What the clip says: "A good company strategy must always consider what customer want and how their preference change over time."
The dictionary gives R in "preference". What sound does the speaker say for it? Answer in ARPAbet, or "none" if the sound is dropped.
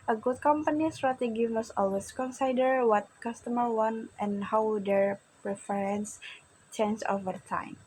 R